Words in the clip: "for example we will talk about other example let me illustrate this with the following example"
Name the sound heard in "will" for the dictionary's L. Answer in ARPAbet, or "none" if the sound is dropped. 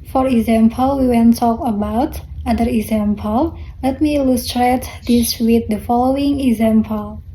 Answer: N